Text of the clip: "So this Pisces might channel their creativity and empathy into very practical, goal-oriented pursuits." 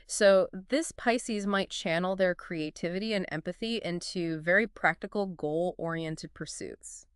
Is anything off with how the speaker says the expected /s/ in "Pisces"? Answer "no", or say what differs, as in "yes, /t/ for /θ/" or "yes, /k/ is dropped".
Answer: no